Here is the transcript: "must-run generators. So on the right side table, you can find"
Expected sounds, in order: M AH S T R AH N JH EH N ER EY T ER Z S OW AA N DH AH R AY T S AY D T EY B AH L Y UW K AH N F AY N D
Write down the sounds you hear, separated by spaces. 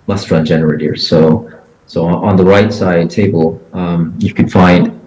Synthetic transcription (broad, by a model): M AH S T R AH N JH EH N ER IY S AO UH S OW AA N DH AH R AY T S AY D T EY B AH L Y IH K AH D F AY N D